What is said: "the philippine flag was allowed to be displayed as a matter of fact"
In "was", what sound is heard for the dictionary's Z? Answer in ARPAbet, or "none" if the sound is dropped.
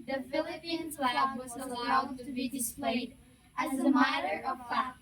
Z